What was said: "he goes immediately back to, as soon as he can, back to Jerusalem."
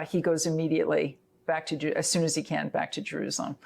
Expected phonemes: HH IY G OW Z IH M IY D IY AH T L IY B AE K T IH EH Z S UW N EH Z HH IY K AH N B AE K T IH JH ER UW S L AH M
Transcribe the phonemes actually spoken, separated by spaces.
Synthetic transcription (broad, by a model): HH IY G OW Z IH M IY D IY AH T L IY B AE K T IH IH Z S UW N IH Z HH IY K AH N B AE K T IH JH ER UW S L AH M